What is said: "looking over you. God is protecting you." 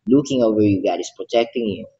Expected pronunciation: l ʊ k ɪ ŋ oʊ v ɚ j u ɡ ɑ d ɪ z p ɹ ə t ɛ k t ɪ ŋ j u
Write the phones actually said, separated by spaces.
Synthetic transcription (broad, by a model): l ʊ k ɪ ŋ oʊ v ɚ j u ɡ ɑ ɪ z p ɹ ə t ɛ k t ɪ ŋ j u